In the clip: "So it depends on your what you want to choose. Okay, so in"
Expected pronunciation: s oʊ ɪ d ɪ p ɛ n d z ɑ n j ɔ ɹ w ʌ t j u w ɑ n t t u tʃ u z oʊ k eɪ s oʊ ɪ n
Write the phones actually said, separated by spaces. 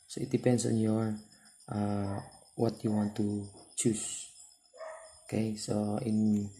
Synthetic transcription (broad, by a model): s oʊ ɪ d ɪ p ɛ n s ɑ n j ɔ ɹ w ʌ t j u w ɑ n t t u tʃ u s oʊ k eɪ s oʊ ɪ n